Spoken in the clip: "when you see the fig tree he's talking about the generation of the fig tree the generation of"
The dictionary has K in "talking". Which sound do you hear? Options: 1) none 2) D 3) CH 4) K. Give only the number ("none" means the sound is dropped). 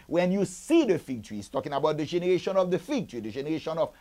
4